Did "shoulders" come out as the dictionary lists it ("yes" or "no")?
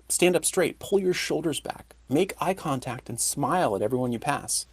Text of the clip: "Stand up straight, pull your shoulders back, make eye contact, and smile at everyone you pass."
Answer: yes